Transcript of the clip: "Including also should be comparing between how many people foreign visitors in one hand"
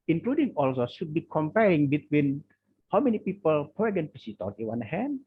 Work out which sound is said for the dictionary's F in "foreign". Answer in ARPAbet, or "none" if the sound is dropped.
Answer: P